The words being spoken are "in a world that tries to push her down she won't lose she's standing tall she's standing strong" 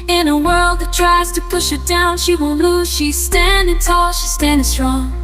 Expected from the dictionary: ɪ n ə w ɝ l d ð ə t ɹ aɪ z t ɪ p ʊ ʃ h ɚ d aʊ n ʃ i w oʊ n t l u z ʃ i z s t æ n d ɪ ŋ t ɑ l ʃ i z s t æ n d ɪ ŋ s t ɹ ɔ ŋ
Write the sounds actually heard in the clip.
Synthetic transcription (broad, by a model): ɪ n ə w ɝ l d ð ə t ɹ aɪ z t ɪ p ʊ ʃ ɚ d aʊ n ʃ i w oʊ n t l u z ʃ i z s t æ n d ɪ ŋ t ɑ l ʃ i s t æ n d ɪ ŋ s t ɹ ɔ ŋ